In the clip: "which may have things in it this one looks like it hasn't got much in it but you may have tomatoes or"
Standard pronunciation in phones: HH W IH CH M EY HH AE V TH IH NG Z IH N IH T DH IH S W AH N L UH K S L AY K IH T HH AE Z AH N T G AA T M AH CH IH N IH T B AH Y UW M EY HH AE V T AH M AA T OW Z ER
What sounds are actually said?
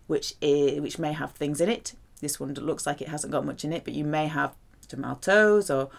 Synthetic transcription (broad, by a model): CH W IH CH M EY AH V TH IH NG Z IH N IH T DH IH S W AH N L UH K S L AY K IH T HH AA Z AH N G AA T M AH CH IH N IH T B AH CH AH M EY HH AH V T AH M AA T OW Z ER